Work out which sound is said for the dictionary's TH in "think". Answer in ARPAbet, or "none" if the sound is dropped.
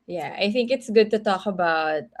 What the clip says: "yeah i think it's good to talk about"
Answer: TH